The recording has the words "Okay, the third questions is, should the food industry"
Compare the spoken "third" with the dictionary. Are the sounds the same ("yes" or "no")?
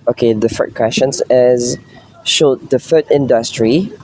no